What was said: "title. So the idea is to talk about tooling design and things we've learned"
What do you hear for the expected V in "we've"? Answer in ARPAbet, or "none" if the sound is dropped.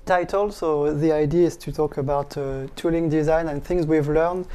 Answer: V